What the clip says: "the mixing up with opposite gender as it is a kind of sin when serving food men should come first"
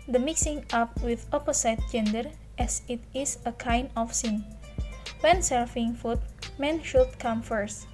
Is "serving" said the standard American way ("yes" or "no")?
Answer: no